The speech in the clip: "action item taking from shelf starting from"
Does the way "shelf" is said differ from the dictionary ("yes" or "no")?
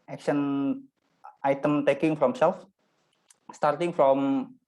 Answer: yes